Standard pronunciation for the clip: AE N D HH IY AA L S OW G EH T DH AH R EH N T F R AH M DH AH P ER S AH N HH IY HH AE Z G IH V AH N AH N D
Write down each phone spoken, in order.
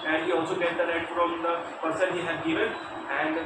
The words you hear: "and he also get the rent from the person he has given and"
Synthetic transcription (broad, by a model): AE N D HH IY AA L S OW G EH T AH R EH T F R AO M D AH P ER S AH N HH IY HH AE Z G IH V AH N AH N D